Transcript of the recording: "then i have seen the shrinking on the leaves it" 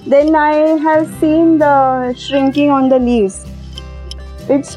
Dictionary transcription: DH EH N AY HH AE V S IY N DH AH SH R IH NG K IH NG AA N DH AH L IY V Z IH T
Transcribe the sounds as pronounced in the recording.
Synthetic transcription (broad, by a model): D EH N AY HH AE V S IY N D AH SH R IH NG K IH NG AA N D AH L IY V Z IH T